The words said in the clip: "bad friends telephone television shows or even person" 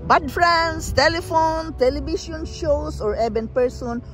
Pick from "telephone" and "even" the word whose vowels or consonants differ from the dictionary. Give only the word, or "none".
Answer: even